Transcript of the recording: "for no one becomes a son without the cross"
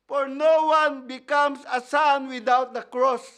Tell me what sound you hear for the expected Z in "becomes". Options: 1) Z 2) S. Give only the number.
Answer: 2